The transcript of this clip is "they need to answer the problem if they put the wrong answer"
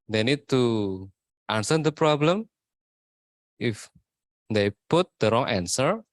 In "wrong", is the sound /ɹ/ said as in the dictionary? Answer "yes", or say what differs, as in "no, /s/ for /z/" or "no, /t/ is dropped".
yes